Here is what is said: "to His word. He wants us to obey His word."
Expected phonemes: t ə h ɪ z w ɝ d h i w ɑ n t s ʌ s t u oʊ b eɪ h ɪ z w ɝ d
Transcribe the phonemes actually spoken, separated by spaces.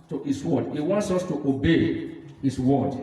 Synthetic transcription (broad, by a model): t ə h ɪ s w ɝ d h i w ɑ n t s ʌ s t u oʊ b eɪ h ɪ s w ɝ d